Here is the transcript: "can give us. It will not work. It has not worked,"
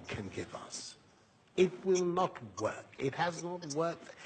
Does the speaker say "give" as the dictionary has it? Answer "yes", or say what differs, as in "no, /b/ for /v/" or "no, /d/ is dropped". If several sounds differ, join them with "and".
yes